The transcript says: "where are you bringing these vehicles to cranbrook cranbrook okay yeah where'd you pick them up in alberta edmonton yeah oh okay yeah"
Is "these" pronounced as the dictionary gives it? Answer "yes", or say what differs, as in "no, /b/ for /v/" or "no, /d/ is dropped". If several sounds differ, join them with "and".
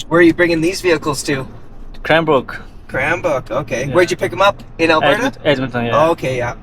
yes